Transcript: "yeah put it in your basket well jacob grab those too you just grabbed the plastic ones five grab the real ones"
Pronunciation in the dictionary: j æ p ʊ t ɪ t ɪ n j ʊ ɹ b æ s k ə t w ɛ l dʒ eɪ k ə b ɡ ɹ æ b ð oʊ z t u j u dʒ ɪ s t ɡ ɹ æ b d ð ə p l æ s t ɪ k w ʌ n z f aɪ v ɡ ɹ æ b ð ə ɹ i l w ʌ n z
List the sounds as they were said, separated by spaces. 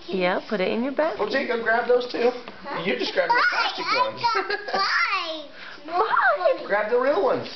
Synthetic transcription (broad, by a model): j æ p ʊ t ɪ t ɪ n j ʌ ɹ b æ k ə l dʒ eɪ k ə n ɡ ɹ æ b ð oʊ z t u j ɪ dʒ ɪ s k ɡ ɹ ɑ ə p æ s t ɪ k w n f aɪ ɡ ɹ æ b ð ə ɹ i l w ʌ n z